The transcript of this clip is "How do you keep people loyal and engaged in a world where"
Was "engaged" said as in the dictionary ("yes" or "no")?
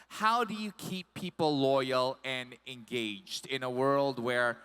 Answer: yes